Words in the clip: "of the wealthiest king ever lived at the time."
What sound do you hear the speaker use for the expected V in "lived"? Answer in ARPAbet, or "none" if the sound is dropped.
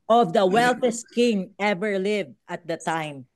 V